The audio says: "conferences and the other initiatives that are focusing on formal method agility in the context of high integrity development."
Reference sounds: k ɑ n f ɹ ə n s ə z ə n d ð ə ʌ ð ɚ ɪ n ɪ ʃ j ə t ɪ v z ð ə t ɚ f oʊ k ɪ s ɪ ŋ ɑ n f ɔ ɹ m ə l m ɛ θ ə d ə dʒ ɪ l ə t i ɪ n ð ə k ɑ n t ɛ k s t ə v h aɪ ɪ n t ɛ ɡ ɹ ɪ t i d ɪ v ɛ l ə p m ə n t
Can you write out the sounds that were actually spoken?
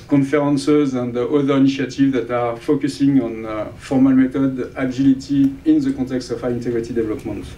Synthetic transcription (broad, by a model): k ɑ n f ɹ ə n s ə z ə n d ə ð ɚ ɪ n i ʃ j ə t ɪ v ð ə t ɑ f oʊ k ɪ s ɪ ŋ ɑ n f ɔ ɹ m ə l m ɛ t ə d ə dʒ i l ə t i ɪ n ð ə k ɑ t ɛ k s t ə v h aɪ ɪ n t ɛ ɡ ɹ ɪ t i d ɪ v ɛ l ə p m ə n t